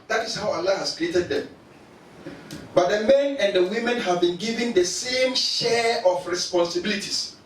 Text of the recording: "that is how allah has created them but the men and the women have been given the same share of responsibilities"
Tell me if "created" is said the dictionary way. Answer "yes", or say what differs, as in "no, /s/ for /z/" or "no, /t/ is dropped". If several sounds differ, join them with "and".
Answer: yes